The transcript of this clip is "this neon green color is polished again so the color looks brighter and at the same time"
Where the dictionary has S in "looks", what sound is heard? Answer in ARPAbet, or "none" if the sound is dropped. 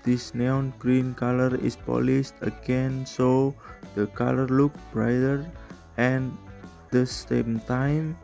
none